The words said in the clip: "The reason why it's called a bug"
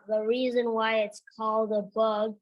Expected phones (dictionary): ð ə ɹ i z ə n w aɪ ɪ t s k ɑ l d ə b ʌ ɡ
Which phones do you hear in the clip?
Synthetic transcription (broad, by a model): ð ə ɹ i z ə n w aɪ ɪ t s k ɑ l d ə b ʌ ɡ